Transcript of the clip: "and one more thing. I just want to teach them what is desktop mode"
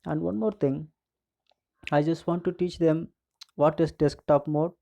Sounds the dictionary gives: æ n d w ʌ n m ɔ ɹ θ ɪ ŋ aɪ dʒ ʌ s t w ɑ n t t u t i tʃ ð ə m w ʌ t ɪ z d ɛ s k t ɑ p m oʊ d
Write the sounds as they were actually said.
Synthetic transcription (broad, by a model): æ n d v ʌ n m ɔ ɹ t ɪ ŋ aɪ dʒ ʌ s t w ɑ n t t u t i tʃ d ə m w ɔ t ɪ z d ɛ s k t ɑ p m oʊ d